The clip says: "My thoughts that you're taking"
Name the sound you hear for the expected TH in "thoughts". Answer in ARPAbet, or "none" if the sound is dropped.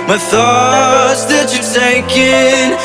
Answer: TH